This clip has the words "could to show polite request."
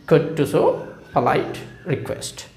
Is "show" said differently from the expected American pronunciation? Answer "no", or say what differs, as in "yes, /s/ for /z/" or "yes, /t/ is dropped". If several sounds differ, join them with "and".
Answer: yes, /s/ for /ʃ/